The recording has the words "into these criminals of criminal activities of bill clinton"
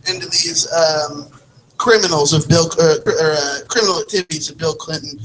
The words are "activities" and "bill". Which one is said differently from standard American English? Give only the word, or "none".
none